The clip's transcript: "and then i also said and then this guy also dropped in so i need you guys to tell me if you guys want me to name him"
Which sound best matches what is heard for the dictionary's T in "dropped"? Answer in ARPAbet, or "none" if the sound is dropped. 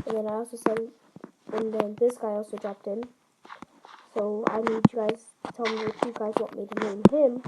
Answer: T